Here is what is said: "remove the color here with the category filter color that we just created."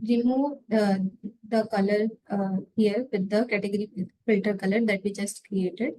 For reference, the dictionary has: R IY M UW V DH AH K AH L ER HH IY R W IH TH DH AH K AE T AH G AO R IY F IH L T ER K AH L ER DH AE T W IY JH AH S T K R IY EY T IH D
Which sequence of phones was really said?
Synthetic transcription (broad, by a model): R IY M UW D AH K AH L ER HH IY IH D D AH K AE T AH G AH R IY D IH T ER K AH L ER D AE T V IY JH AH S T K R IY EY T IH D